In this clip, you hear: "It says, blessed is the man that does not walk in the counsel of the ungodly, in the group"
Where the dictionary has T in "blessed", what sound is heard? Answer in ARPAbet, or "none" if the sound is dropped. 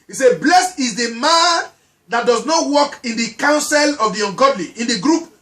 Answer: none